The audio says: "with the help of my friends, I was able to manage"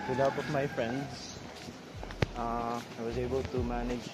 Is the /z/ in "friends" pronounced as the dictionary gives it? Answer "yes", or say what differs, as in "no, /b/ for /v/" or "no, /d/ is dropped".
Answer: no, /s/ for /z/